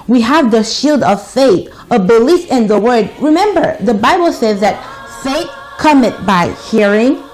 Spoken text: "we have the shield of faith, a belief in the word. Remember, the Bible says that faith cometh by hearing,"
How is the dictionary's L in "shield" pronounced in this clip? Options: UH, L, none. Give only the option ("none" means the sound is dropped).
L